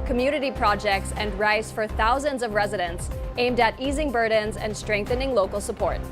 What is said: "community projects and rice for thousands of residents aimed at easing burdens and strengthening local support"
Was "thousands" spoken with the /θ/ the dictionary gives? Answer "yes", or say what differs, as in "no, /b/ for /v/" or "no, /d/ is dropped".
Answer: yes